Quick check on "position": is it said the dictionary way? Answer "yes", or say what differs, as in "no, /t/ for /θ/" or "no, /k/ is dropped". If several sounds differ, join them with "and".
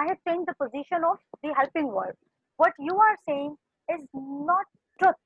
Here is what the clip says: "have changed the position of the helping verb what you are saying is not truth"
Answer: yes